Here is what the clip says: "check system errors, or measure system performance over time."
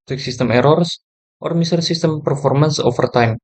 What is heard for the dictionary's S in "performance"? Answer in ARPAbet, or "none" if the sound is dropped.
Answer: S